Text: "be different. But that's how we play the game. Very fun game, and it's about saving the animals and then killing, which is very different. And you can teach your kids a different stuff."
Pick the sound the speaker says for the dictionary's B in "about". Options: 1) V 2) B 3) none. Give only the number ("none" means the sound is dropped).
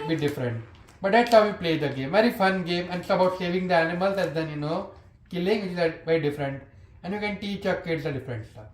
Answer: 3